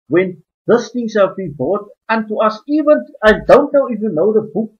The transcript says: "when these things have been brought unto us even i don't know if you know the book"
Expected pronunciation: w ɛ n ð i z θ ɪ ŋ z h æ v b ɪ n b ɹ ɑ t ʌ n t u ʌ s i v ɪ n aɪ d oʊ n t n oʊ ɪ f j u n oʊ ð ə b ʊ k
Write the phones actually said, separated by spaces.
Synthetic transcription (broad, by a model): w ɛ n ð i s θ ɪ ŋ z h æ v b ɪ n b ɑ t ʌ n t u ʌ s i v ɪ n aɪ d oʊ n t n oʊ ɪ f j u n oʊ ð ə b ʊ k